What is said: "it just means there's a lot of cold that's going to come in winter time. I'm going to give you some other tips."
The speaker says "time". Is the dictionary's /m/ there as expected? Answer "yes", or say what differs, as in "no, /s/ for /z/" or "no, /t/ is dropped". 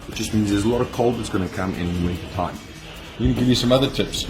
no, /m/ is dropped